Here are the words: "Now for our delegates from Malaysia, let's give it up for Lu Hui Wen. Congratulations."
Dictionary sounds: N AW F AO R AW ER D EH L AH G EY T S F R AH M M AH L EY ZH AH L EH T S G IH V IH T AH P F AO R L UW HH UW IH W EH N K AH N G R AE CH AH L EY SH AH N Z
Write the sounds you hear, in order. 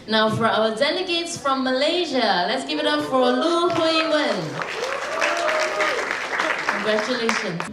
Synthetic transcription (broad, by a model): N AW F AO R AW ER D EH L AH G EY T S F R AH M M AH L EY ZH AH L EH T S G IH V IH T AH P F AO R L UW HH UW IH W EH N K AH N G R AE CH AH L EY SH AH N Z